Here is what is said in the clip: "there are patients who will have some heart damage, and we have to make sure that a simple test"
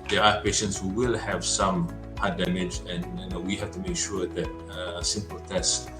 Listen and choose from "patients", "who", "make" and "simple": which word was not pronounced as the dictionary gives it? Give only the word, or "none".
none